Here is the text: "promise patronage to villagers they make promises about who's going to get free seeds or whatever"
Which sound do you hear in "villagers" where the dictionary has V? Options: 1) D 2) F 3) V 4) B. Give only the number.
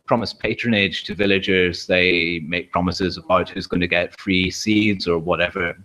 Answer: 3